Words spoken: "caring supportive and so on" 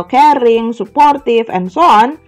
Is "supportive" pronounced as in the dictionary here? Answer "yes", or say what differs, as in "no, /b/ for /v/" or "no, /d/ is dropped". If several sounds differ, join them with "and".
no, /f/ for /v/